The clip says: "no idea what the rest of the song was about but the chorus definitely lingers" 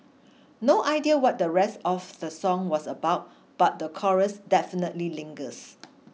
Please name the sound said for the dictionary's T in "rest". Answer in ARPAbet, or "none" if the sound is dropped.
T